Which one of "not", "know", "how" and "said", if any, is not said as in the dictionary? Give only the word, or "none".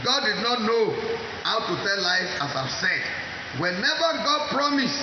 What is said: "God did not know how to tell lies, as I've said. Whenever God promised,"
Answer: none